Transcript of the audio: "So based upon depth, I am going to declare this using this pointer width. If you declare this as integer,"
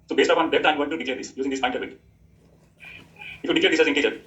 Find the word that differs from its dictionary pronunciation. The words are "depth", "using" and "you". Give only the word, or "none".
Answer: depth